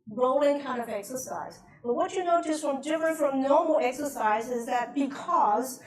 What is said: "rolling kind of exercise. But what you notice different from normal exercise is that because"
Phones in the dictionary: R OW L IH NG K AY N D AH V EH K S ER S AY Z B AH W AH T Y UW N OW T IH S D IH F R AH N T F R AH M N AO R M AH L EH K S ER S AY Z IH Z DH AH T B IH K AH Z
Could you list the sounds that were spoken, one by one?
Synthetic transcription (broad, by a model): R OW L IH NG K AY N D AH V EH K S ER S AY Z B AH W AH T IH N OW T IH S D IH F R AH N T F R AH M N AO R M L EH K S ER S AY Z IH Z DH AH T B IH K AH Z